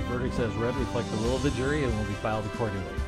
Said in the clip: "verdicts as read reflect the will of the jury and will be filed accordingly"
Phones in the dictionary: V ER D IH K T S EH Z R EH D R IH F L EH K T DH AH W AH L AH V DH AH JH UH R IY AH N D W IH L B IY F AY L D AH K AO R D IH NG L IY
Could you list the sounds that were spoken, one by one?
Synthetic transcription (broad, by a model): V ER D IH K S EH Z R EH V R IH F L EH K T DH AH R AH L AH V DH AH JH UH R IY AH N W IH L B IY F AY L D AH K AO R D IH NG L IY